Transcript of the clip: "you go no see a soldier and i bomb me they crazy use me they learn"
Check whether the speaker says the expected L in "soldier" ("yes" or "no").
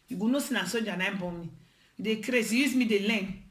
no